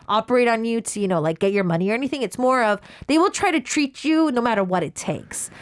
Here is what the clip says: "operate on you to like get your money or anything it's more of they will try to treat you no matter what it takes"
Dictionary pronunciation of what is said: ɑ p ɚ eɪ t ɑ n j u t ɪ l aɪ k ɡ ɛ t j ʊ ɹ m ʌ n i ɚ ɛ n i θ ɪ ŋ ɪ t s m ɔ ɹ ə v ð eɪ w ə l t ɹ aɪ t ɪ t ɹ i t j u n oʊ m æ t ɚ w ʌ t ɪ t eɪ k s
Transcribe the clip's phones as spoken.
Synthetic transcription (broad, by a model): ɑ p ɚ eɪ t n j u t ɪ l aɪ k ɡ ɛ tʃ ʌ ɹ m ʌ n i ɚ ɛ n i θ ɪ ŋ ɪ t s m ɔ ɹ ə v ð eɪ w ə l t ɹ aɪ t ɪ t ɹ i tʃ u n oʊ m æ t ɚ w ʌ t ɪ t eɪ k s